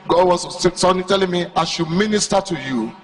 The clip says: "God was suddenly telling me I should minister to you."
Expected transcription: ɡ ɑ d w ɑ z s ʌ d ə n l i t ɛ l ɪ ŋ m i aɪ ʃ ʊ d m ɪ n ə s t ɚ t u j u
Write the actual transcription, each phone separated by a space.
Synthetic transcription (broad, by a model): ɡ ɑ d w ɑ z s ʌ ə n i t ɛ l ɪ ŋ m i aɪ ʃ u m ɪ n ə s t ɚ t u j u